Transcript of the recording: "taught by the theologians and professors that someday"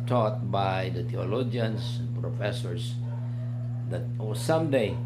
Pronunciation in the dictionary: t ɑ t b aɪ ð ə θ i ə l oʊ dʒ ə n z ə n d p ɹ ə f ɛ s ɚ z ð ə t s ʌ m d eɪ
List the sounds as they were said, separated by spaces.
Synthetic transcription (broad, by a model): t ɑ t b aɪ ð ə t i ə l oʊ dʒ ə n s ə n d p ɹ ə f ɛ s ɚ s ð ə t s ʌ m d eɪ